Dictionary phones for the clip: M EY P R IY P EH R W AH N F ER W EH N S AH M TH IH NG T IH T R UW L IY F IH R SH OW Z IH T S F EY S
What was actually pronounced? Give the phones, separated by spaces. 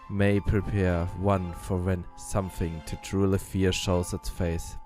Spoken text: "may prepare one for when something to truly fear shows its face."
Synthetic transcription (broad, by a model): M EY P R IY P EH R W AH N F ER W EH N S AH M TH IH NG T IH T R UW L IY F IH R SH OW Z IH T S F EY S